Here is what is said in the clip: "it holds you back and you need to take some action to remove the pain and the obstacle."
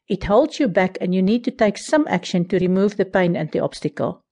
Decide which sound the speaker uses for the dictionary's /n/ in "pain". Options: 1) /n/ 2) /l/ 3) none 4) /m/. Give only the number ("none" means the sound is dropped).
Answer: 1